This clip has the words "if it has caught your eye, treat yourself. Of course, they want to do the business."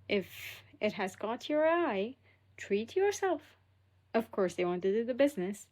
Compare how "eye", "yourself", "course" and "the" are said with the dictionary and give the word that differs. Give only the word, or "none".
none